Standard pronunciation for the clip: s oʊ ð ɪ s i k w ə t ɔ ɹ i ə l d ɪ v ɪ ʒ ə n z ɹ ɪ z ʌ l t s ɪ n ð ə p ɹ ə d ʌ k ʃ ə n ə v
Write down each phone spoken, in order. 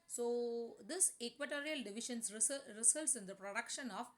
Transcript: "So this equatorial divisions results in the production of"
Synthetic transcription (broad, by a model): s oʊ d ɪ s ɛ k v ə t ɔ ɹ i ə l d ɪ v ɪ ʃ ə n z ɹ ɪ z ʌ l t s ɪ n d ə p ɹ ə d ʌ k ʃ ə n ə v